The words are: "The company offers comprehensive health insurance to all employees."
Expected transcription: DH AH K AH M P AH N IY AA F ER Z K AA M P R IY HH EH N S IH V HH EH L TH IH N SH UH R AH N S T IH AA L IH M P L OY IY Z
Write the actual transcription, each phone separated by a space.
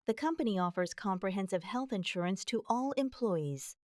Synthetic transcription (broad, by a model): DH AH K AH M P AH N IY AA F ER Z K AA M P R IY HH EH N S IH V HH EH L TH IH N SH UH R AH N S T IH AA L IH M P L OY IY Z